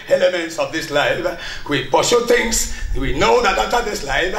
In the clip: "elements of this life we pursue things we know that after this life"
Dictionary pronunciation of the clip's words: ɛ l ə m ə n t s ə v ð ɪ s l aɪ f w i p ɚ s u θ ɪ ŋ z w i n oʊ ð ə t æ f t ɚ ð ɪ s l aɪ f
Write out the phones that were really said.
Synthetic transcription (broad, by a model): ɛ l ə m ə n t s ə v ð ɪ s l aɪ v w i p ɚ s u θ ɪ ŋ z w i n oʊ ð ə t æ t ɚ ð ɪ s l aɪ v